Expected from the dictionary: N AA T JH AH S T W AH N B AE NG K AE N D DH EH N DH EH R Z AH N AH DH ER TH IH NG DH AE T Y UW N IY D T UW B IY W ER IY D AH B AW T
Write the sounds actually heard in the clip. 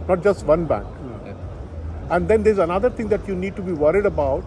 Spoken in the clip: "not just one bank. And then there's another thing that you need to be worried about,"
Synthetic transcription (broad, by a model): N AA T JH AH S T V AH N B AE NG K AE N D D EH N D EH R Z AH N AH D ER T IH NG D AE T Y UW N IY D T UW B IY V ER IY D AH B AW T